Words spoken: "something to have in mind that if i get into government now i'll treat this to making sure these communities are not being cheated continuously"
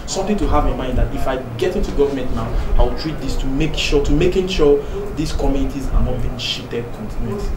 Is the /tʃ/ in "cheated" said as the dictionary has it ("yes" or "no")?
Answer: no